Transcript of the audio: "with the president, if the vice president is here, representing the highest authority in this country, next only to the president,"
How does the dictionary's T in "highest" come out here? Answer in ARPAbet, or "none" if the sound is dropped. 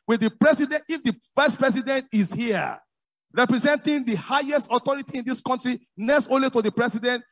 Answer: T